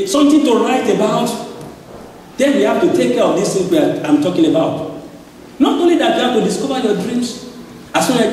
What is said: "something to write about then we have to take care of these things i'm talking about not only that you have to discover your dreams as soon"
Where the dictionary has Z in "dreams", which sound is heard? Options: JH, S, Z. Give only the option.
S